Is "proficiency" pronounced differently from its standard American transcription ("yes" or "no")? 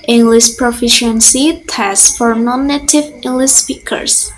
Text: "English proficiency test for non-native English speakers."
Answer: no